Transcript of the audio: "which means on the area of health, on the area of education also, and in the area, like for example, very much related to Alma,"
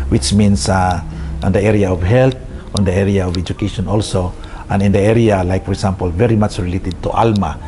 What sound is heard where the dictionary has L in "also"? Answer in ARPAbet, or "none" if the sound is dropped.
L